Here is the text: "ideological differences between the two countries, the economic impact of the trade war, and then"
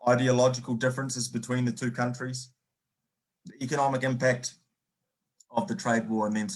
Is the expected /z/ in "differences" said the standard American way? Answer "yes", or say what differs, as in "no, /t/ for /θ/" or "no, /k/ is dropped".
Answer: yes